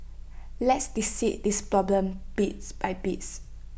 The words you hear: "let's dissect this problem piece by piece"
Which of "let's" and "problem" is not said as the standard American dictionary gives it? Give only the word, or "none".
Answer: none